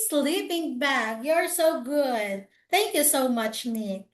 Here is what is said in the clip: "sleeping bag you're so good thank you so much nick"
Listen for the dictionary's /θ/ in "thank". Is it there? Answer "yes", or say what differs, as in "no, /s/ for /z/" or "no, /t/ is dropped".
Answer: yes